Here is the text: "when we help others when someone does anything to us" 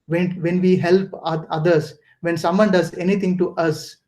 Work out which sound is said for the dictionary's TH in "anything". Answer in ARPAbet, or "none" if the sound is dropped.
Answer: T